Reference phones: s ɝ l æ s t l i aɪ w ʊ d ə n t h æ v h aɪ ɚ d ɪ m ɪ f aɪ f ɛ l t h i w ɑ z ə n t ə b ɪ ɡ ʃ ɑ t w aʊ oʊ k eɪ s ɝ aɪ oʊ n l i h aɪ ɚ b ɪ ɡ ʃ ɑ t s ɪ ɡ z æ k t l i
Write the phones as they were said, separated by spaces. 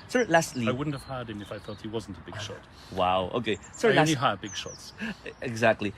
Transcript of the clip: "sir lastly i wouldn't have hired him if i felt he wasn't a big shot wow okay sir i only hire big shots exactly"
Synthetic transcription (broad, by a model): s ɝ l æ s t l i aɪ w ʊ d n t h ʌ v h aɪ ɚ d ɪ m ɪ f aɪ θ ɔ t h i w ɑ z n t ə b ɪ ɡ ʃ ɑ t w aʊ oʊ k eɪ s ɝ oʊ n i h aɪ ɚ b ɪ ɡ ʃ ɑ t s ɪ ɡ z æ k t l i